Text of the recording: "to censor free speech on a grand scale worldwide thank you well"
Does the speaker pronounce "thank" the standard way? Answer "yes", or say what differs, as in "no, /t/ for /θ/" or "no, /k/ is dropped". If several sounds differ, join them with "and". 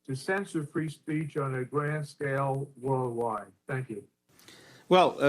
yes